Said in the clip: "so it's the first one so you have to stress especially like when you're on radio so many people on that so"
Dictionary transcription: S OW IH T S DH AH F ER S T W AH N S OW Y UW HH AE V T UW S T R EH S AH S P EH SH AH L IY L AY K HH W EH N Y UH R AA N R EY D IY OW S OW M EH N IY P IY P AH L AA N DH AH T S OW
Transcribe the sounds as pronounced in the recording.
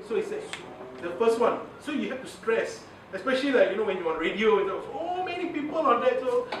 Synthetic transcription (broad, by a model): S OW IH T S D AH F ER S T W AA N S OW Y UW HH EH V T UW S T R EH S AH S P EH SH AH L IY L AY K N W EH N Y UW W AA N R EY D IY OW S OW M EH N IY P IY P AH L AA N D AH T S OW